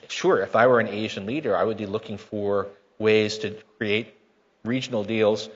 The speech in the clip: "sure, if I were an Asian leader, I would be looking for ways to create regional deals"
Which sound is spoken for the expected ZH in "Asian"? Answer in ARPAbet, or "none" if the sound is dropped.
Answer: ZH